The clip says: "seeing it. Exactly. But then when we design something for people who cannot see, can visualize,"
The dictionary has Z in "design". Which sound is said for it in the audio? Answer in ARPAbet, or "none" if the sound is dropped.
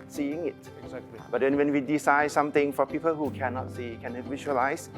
S